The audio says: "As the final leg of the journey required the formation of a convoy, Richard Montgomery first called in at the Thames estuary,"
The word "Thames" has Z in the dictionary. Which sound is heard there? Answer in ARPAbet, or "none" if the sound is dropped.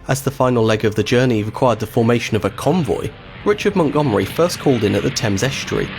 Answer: Z